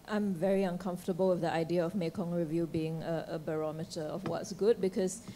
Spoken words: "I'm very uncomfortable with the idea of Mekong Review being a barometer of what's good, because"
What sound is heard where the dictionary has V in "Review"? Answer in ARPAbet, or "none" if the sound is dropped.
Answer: V